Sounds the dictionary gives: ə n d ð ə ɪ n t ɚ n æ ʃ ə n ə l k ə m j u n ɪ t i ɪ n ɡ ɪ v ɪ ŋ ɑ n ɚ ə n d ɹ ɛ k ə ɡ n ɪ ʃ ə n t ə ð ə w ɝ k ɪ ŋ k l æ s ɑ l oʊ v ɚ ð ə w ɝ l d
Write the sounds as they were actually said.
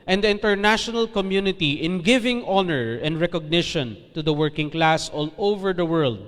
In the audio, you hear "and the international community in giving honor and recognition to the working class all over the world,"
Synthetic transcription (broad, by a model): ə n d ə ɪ n t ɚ n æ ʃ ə n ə l k ə m j u n ɪ t i ɪ n ɡ ɪ v ɪ ŋ ɑ n ɚ ə n d ɹ ɛ k ə ɡ n ɪ ʃ ə n t ə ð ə w ɝ k ɪ ŋ k l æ s ɑ l oʊ v ɚ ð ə w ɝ l d